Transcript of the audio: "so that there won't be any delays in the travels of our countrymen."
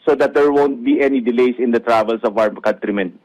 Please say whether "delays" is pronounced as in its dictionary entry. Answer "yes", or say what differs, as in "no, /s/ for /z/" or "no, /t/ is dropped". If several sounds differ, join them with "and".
no, /s/ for /z/